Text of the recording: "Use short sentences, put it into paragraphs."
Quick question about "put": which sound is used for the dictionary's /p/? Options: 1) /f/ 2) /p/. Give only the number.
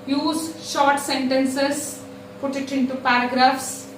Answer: 2